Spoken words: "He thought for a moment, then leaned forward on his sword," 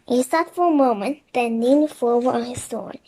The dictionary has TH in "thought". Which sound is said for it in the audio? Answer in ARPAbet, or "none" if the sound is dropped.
S